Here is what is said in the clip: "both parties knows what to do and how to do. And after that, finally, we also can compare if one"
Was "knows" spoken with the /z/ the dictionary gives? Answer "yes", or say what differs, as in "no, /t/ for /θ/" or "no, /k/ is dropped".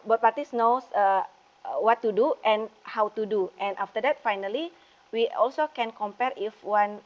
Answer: no, /s/ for /z/